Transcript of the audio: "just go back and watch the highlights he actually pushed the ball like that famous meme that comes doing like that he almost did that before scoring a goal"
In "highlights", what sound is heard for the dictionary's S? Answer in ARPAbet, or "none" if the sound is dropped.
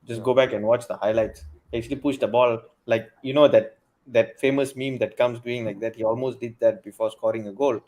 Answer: S